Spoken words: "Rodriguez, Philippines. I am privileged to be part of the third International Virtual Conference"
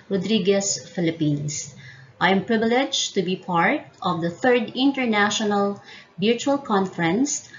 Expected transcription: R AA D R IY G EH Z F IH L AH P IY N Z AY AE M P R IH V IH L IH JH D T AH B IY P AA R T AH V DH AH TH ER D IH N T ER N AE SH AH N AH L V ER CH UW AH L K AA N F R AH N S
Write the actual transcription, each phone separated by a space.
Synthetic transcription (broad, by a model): R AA D R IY G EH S F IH L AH P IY N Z AY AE M P R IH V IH L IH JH T AH B IY P AA R T AH V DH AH TH ER D IH N T ER N AE SH AH N AH L B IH CH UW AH L K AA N F R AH N S